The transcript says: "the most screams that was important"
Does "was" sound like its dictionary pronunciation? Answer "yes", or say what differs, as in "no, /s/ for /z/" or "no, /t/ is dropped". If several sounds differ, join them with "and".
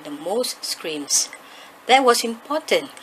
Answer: no, /s/ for /z/